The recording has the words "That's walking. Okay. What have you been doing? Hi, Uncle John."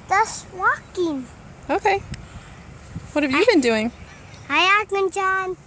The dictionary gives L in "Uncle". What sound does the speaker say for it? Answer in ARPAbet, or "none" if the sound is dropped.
N